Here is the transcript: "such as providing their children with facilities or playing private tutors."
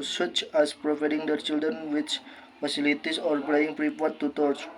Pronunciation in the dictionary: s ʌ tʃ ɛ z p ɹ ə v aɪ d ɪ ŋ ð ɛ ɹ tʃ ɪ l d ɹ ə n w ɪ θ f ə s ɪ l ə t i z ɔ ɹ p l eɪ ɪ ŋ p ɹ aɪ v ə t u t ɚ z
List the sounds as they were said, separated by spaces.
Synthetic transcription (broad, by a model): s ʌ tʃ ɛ s p ɹ ə v aɪ d ɪ ŋ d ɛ ɹ tʃ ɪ l d ɹ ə n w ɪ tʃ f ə s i l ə t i s ɔ ɹ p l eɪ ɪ ŋ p ɹ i p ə t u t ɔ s